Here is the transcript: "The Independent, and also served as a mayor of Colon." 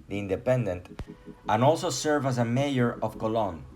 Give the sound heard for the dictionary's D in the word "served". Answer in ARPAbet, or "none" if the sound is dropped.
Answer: none